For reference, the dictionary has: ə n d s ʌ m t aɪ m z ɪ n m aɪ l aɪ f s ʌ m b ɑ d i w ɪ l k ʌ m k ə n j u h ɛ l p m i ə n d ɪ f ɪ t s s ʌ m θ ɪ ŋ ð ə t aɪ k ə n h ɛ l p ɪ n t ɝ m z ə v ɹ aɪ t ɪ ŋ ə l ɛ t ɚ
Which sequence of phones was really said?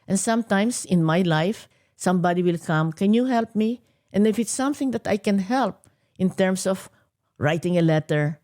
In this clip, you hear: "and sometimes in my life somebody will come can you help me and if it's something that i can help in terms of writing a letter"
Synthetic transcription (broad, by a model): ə n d s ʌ m t aɪ m s ɪ n m aɪ l aɪ f s ʌ m b ɑ d i w ɪ l k ʌ m k ə n j u h ɛ l p m i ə n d ɪ f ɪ t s s ʌ m θ ɪ ŋ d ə t aɪ k ə n h ɛ l p ɪ n t ɝ m s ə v ɹ aɪ t ɪ ŋ ə l ɛ t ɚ